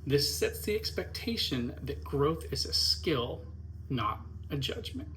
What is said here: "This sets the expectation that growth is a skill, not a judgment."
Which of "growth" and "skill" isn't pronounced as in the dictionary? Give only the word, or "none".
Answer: none